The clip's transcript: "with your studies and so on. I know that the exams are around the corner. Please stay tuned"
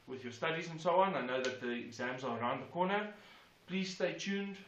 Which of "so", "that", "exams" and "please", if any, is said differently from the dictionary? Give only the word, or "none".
none